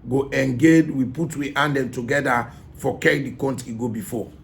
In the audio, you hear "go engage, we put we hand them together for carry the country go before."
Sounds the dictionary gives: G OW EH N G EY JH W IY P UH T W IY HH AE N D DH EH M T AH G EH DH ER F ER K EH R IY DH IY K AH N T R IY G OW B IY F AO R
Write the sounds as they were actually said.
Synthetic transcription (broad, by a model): G OW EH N G EY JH W IY P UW T W IY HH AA N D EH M T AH G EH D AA F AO K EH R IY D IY K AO N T IY G OW B IY F AO